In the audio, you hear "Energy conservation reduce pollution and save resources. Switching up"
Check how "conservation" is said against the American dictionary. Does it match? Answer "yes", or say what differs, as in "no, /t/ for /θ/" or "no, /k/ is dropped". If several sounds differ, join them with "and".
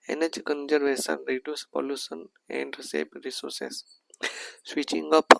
no, /s/ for /ʃ/